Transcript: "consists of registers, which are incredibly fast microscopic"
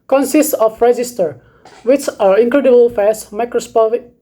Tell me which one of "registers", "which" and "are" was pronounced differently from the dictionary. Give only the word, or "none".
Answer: registers